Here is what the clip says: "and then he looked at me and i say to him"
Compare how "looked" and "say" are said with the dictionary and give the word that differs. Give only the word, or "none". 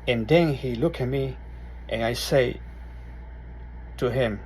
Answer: looked